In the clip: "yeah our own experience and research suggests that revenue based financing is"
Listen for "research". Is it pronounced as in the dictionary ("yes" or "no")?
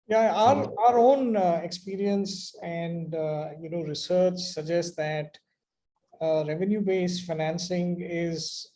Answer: yes